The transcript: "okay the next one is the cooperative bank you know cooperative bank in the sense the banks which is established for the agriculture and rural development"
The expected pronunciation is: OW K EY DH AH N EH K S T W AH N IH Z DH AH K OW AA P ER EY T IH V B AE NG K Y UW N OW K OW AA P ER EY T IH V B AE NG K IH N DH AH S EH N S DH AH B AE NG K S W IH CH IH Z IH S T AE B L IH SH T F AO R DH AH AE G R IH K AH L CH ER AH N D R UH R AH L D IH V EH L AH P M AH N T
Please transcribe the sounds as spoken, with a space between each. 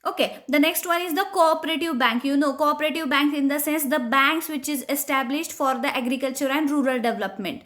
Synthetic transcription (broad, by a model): OW K EY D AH N EH K S T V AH N IH Z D AH K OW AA P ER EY T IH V B AE NG K Y UW N OW K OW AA P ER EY T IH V B AE NG K IH N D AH S EH N S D AH B AE NG K S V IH CH IH Z IH S T AE B L IH SH T F AO R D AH AE G R IH K AH L CH ER AH N D R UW R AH L D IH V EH L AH P M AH N T